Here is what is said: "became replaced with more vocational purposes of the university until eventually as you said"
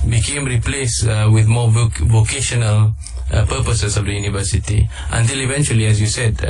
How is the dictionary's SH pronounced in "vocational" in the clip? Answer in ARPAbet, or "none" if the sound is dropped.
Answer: SH